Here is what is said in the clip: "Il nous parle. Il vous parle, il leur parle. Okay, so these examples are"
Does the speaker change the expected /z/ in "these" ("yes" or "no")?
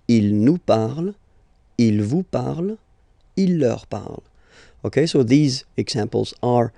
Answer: no